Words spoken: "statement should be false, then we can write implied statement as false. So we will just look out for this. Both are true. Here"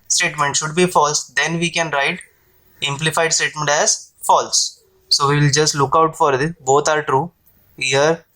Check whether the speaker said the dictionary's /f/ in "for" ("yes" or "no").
yes